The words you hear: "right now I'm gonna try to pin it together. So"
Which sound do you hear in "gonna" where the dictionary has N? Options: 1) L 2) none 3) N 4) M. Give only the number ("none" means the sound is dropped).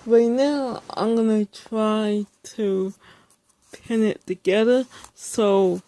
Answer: 3